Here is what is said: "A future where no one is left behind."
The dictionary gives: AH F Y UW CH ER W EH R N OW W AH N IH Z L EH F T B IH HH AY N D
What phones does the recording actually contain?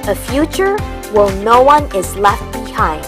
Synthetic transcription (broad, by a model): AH F Y UW CH ER W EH L N OW W AH N IH Z L EH F T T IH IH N